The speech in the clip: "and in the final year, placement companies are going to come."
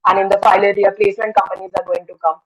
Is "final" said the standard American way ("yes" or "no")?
no